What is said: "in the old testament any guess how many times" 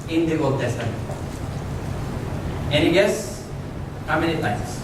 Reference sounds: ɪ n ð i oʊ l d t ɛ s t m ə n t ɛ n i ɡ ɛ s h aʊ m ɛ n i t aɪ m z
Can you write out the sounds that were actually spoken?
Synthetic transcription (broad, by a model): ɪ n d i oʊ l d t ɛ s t ə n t ɛ n i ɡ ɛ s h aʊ m ɛ n i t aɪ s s